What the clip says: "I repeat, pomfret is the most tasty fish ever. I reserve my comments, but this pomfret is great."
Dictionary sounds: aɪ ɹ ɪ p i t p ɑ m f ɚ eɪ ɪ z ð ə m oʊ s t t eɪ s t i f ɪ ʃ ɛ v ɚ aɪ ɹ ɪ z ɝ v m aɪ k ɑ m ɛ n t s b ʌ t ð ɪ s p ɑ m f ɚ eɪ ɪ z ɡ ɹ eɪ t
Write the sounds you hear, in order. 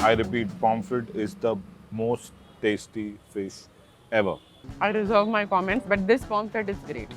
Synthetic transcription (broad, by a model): aɪ ɹ ɪ p i t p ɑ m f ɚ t ɪ z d ə m oʊ s t t eɪ s t i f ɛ s ɛ v ɚ aɪ ɹ ɪ z ɝ v m aɪ k ɑ m ɛ n t s b ʌ t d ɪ s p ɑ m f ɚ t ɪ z ɡ ɹ eɪ t